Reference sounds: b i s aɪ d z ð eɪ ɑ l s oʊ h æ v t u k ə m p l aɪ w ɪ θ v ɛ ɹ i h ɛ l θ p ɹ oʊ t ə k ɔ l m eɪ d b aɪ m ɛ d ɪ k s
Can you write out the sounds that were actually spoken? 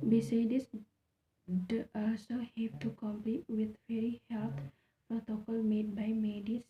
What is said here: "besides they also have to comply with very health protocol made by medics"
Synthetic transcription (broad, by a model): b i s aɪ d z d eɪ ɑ s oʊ h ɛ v t u k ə m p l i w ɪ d v ɛ ɹ i h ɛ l t p ɹ oʊ t ə k ɔ l m eɪ d b aɪ m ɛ d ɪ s